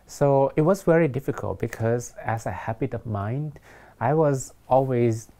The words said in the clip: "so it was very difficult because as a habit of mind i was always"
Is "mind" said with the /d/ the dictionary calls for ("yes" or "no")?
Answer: yes